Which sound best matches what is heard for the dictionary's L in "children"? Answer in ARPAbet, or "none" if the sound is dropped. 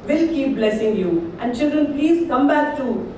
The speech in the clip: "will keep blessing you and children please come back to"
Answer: L